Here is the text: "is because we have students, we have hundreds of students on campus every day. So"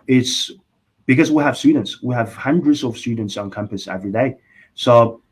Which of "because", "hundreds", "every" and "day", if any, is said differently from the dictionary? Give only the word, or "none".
none